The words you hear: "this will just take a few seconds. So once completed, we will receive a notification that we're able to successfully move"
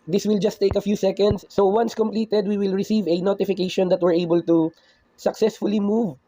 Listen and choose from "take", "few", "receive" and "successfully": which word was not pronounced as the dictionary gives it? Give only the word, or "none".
none